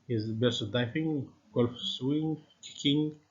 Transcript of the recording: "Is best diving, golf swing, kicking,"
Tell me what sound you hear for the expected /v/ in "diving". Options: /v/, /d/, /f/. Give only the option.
/f/